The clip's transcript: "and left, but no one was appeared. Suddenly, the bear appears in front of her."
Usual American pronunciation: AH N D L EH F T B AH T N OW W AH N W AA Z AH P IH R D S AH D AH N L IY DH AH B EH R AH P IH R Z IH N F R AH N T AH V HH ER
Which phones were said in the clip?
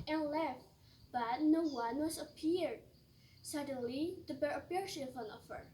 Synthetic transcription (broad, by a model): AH N L EH F T B AH T N OW W AH N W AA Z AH P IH R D S AH D AH N L IY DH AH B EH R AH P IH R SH IH N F AH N AH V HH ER